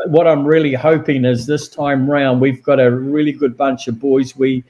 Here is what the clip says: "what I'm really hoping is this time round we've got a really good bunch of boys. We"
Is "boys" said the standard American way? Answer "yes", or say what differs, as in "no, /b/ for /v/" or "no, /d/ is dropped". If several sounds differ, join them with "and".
yes